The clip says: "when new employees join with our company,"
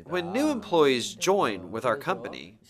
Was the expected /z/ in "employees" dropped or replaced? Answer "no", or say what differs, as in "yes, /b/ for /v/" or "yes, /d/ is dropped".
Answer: no